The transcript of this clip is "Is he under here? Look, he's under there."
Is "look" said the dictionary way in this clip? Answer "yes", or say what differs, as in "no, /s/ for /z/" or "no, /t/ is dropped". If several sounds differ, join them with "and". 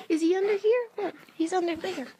no, /w/ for /l/